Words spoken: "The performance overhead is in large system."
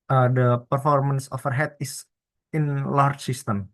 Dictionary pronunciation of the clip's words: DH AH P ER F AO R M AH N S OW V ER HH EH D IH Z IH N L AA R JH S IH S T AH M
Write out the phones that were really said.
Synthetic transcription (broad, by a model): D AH P ER F AO R M AH N S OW F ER HH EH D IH S IH N L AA R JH S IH S T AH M